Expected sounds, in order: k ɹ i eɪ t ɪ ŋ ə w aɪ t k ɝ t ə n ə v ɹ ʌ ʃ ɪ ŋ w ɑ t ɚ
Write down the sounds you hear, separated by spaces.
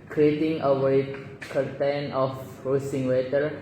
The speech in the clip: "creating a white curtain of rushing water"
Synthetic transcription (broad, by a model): k ɹ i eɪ t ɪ ŋ ə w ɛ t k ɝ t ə n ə f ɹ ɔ s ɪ ŋ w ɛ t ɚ